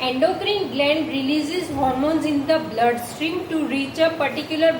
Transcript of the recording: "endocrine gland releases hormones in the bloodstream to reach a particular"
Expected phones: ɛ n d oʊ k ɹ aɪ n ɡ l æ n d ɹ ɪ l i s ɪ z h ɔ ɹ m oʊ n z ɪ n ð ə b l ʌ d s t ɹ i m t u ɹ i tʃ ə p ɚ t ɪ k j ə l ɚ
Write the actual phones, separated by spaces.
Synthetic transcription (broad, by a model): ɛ n d oʊ k ɹ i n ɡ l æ n d ɹ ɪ l i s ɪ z h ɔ ɹ m oʊ n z ɪ n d ə b l ʌ d s t ɹ i m t u ɹ i tʃ ə p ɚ t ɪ k j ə l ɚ